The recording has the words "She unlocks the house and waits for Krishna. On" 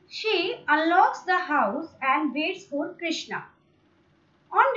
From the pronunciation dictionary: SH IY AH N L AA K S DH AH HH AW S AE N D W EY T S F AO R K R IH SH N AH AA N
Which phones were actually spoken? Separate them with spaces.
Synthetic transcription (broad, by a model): SH IY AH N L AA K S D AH HH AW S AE N D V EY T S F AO L K R IH SH N AH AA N